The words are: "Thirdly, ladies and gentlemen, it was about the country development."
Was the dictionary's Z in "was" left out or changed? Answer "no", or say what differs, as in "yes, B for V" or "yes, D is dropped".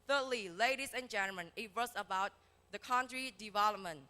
yes, S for Z